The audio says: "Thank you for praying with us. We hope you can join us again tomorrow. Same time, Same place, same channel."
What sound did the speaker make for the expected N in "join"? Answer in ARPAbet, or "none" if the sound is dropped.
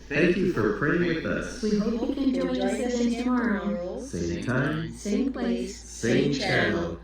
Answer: none